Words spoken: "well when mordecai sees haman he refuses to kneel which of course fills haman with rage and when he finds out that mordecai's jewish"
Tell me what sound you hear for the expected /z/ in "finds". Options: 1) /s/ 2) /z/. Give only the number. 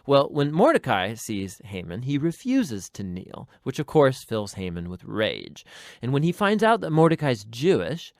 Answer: 2